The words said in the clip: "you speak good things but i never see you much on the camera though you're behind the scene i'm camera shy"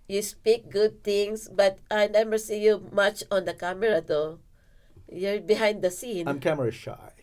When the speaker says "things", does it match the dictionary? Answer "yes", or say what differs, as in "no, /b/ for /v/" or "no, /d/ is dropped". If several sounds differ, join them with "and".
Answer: no, /t/ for /θ/ and /s/ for /z/